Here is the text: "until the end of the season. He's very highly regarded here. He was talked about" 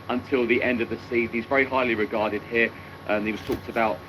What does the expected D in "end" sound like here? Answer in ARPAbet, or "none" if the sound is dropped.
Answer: D